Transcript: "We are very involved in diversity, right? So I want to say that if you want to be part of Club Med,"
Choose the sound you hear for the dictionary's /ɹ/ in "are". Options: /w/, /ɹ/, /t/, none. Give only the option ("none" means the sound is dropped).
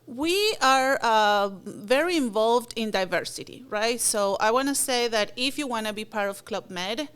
/ɹ/